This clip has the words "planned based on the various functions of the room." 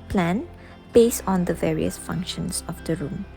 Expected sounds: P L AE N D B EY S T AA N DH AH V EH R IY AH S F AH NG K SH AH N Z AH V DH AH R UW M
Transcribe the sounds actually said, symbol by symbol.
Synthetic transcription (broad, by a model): P L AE N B EY S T AA N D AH V EH R IY AH S F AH NG K SH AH N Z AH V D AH R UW M